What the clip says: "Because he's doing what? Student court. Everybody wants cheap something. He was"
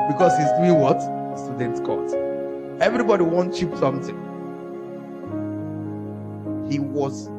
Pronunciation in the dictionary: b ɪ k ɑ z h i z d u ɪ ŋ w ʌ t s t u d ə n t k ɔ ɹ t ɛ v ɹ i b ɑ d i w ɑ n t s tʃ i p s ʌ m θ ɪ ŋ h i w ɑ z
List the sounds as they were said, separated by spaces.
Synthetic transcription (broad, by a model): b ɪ k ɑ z h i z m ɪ w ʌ t s t u d ə n t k ɔ l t ɛ v ɹ i b ɑ d i w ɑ n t tʃ i p s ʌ m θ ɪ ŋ h i w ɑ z